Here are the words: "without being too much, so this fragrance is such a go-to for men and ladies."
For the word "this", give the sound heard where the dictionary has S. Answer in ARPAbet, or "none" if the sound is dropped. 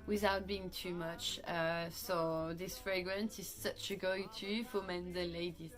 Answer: S